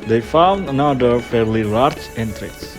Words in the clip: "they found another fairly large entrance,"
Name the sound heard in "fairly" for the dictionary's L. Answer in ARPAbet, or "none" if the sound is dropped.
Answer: L